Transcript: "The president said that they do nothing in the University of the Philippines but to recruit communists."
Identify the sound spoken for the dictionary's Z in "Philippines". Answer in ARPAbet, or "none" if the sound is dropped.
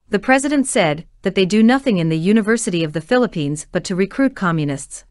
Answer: Z